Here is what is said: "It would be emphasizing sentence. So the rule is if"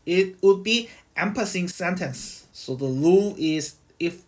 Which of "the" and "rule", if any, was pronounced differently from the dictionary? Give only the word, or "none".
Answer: rule